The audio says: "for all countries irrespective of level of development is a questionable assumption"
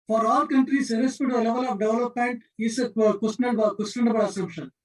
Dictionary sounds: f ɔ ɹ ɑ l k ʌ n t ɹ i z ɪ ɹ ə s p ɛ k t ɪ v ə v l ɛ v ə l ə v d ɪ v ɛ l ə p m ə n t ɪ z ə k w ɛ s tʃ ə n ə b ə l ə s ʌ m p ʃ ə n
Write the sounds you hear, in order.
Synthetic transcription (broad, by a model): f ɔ ɹ ɑ l k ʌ n t ɹ i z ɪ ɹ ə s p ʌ t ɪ ə l ɛ v ə l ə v d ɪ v l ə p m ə n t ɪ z ə k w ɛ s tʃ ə n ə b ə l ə s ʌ m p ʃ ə n